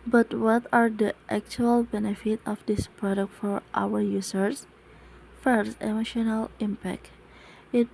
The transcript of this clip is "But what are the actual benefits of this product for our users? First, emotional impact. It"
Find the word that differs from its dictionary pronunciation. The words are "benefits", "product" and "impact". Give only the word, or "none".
benefits